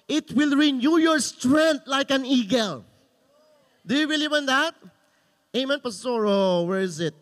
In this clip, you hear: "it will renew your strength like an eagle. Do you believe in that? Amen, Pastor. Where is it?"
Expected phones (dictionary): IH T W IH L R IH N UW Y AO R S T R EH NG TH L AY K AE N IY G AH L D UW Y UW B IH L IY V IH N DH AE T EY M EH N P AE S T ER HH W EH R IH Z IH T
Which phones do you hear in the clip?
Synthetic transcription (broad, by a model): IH T W IH L R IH N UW Y AO R S T R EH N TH L AY K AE N IY G AH L D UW Y UW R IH L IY W IH N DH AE T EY M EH N P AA S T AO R W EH R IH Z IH T